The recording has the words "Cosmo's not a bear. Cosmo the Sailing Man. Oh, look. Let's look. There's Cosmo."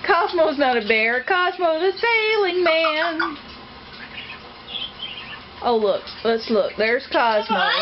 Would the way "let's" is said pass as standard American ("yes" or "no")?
yes